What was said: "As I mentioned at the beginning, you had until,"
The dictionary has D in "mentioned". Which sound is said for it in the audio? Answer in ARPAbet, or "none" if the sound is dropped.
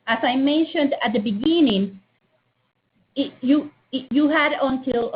D